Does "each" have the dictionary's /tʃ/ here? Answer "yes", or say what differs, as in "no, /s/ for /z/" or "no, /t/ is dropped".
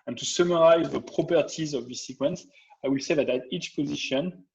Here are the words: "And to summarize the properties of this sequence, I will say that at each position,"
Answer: yes